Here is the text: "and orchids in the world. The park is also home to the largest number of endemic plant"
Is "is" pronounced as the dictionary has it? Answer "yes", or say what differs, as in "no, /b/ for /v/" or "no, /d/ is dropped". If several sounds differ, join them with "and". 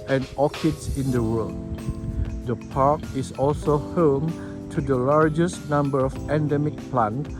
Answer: no, /s/ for /z/